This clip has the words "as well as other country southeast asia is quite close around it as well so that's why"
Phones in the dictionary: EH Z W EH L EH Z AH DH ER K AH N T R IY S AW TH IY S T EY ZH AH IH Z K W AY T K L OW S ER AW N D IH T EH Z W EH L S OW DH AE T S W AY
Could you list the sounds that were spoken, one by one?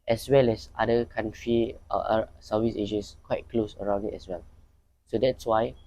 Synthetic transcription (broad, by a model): EH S W EH L EH S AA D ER K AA N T R IY S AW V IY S EY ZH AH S K W AY T K L OW S ER AW N D IH T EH S W EH L S OW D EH T S W AY